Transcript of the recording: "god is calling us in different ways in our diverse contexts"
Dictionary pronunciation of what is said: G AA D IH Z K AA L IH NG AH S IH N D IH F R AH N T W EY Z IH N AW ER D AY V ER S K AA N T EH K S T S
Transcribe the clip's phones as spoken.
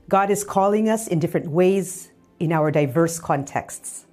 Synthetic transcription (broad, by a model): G AA D IH Z K AA L IH NG AH S IH N D IH F R AH N T W EY Z IH N AW ER D AY V ER S K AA N T EH K S T S